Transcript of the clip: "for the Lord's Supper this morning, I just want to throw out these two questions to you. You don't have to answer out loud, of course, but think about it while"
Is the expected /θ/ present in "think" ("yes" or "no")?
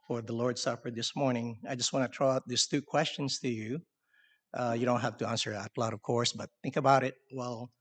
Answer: yes